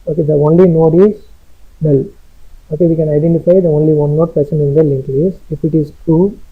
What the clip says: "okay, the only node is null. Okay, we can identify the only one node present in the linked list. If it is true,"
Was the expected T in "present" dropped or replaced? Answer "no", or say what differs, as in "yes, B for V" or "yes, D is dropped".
yes, T is dropped